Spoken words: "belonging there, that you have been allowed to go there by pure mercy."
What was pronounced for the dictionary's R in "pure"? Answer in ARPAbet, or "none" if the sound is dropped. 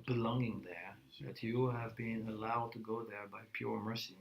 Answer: R